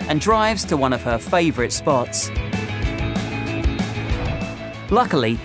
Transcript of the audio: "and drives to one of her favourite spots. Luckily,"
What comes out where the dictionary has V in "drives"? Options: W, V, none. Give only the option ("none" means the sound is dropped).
V